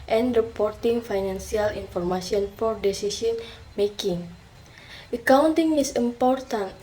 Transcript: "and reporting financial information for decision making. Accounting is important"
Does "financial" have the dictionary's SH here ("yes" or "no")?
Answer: no